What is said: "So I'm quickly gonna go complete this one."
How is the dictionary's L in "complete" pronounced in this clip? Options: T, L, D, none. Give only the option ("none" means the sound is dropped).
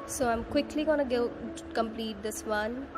L